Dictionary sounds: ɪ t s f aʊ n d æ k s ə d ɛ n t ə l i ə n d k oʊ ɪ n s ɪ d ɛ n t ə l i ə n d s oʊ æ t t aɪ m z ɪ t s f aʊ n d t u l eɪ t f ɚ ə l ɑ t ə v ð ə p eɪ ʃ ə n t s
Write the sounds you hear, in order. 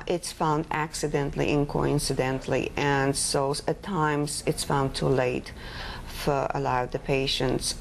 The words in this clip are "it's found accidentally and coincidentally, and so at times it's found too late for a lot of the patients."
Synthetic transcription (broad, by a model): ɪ t s f aʊ n d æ k s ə d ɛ n t l i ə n k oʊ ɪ n s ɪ d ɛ n t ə l i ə n s oʊ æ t t aɪ m z ɪ t s f aʊ n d t u l eɪ t f ɚ ə l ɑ ə v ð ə p eɪ ʃ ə n t s